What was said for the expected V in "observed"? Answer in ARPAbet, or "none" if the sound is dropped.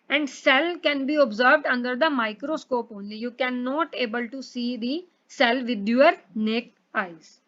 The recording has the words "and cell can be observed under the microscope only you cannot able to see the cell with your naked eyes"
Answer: V